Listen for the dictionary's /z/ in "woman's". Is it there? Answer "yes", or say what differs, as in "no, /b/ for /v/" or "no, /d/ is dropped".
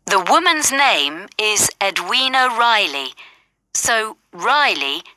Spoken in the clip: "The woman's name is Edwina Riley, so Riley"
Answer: yes